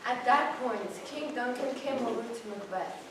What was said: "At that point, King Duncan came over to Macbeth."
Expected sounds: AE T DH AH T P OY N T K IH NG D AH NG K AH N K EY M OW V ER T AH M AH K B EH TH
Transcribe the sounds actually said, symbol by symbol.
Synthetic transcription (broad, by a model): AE T DH AH T P OY N T K IH NG D AH NG K AH N K EY M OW ER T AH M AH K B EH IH